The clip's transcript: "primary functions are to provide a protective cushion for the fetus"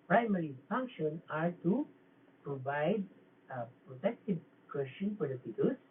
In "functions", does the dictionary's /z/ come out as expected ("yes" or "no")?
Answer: no